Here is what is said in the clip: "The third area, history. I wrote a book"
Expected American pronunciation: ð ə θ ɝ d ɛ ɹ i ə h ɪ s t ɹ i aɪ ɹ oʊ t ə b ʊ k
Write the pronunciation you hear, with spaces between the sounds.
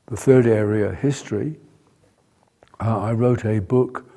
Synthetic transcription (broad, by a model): ð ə θ ɝ d ɛ ɹ i ə h ɪ s t ɹ i aɪ ɹ oʊ t ə b ʊ k